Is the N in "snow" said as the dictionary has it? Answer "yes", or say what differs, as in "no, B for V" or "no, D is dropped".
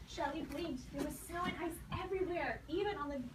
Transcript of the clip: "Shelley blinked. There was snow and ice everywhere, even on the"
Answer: no, N is dropped